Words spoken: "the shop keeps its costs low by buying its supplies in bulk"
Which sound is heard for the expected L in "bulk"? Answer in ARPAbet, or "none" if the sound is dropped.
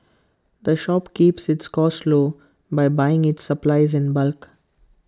L